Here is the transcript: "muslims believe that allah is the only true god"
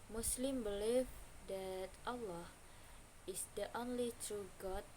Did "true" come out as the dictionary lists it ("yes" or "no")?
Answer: yes